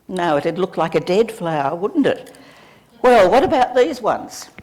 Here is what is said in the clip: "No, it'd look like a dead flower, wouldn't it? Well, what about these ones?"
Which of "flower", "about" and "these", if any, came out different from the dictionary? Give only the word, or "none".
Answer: none